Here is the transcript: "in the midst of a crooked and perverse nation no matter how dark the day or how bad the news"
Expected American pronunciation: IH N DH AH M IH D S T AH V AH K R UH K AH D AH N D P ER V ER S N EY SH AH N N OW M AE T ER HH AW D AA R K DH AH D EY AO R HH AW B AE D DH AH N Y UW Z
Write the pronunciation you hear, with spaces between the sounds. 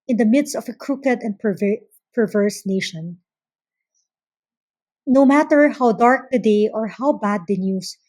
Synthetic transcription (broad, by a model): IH N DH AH M IH D S T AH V AH K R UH K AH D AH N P P ER V ER S N EY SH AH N N OW M AE T ER HH AW D AA R K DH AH D EY AO R HH AW B AE D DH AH N Y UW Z